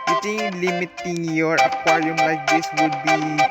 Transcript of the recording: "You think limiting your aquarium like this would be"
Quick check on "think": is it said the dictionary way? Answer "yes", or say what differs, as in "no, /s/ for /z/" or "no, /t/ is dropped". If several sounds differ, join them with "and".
no, /t/ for /θ/